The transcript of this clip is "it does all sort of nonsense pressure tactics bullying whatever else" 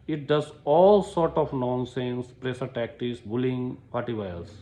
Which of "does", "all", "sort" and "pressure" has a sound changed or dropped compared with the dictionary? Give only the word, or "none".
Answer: pressure